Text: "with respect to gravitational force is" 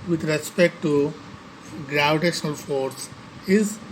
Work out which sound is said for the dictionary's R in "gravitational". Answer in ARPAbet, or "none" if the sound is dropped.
R